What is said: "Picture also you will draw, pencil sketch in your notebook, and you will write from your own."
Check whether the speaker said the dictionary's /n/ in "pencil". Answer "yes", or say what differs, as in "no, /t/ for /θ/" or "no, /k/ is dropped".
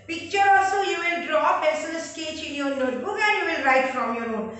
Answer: no, /n/ is dropped